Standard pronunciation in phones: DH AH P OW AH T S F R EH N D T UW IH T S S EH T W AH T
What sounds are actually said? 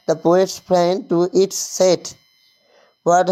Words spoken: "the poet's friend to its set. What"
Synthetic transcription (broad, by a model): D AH P OW AH T S P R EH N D T UW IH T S S EH T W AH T